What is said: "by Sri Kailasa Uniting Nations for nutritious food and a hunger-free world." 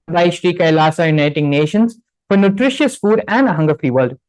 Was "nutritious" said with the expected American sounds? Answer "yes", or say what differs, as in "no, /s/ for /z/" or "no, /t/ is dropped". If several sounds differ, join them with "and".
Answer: yes